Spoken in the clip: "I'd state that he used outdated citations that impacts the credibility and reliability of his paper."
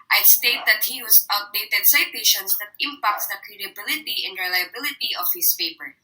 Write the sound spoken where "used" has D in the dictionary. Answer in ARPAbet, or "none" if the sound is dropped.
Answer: none